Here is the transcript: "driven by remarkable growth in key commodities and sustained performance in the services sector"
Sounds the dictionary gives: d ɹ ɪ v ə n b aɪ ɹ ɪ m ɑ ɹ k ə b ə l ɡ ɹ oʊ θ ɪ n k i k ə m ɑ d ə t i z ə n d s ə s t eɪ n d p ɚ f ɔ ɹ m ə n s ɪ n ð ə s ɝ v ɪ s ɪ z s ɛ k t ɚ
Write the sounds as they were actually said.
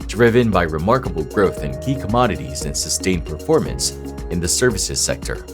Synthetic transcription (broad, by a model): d ɹ ɪ v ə n b aɪ ɹ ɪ m ɑ ɹ k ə b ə l ɡ ɹ oʊ θ ɪ n k i k ə m ɑ d ə t i z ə n s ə s t eɪ n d p ɚ f ɔ ɹ m ə n s ɪ n ð ə s ɝ v ɪ s ɪ z s ɛ k t ɚ